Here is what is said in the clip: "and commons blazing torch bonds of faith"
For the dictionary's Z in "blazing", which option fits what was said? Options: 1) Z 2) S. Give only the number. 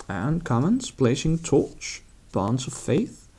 2